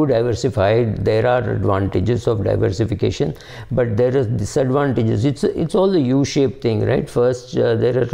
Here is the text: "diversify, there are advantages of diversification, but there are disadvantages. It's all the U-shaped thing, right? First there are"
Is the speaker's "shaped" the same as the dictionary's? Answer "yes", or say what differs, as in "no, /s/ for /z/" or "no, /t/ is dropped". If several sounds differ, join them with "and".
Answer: yes